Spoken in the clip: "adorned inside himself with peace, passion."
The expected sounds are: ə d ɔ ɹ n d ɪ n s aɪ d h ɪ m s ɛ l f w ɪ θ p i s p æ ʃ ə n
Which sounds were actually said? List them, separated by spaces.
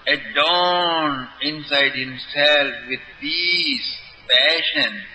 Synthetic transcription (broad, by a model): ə d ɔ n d ɪ n s aɪ d h ɪ m s ɛ l f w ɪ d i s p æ ʃ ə n